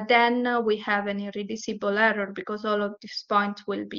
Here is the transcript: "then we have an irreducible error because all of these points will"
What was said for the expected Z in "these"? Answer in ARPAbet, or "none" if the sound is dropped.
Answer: S